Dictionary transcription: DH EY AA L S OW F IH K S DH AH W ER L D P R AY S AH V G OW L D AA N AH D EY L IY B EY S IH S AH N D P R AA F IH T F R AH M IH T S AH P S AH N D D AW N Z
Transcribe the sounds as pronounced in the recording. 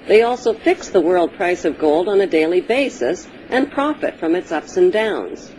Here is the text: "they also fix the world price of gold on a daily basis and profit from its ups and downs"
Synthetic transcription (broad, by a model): DH EY AA L S OW F IH K S DH AH W ER L D P R AY S AH V G OW L D N AH D EY L IY B EY S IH S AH N P R AA F IH T F R AH M IH T S AH P S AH N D D AW N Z